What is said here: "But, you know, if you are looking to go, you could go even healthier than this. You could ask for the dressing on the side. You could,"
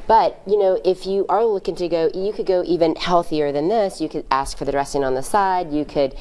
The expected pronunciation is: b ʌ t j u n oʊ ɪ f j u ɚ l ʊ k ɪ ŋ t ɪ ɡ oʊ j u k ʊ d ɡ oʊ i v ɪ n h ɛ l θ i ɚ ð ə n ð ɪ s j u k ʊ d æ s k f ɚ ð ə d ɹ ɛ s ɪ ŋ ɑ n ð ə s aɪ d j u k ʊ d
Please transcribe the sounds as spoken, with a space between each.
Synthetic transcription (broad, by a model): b ʌ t j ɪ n oʊ ɪ f j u ɚ l ʊ k ɪ ŋ t ɪ ɡ oʊ j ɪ k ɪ d ɡ oʊ i v ɪ n h ɛ l θ i ɚ ð ə n ð ɪ s j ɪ k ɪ d æ s k f ɚ ð ə d ɹ ɛ s ɪ ŋ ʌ n ð ə s aɪ d j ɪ k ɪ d